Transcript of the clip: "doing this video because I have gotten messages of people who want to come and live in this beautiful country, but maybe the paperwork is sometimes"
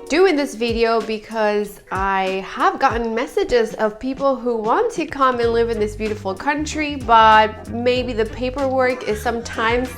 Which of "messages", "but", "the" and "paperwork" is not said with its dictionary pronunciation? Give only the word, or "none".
none